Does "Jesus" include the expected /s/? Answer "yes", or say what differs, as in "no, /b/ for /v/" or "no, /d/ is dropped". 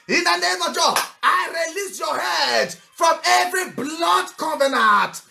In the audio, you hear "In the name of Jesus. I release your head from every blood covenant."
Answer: no, /s/ is dropped